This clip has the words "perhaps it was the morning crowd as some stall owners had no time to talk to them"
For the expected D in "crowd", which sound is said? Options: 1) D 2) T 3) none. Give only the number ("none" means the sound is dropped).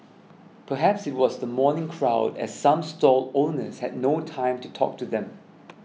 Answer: 1